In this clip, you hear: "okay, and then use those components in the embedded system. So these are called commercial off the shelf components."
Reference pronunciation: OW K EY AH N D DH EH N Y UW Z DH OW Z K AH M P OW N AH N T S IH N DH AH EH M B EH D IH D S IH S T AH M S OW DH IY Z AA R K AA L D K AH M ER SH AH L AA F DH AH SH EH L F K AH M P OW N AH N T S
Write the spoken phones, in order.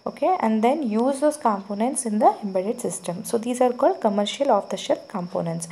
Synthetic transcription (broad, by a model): OW K EY AH N D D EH N Y UW Z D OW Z K AH M P OW N AH N T S IH N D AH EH M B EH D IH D S IH S T AH M S OW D IY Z AA R K AA L D K AH M ER SH AH L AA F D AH SH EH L P K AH M P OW N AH N T S